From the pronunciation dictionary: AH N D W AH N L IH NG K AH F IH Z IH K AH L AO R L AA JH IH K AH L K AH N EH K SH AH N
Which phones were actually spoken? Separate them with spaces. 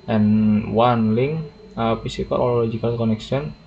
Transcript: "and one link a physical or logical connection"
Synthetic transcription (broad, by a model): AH N W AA N L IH NG AH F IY S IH K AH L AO L L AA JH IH K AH L K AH N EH K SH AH N